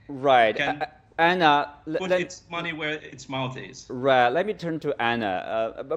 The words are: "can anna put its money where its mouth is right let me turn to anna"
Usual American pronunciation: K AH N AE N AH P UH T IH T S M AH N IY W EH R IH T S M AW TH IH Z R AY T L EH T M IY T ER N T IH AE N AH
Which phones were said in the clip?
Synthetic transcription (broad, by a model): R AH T AE N AH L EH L IH T S M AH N IY W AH R IH T S M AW T IH Z R AY T L EH T M IY T ER N T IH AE N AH